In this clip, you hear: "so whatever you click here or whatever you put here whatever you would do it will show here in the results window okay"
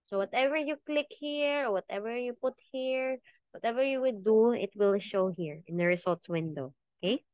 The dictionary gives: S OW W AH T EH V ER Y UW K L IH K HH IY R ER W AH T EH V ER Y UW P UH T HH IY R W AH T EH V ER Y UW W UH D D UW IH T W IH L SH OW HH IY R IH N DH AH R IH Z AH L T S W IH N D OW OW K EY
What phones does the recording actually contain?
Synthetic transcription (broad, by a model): S OW W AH T EH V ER Y UW K L IH K HH IY R W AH T EH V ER Y UW P UH T HH IY R W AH T EH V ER Y UW W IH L D UW IH T W IH L SH OW HH IY R IH N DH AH R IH S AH L T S W IH N D OW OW K EY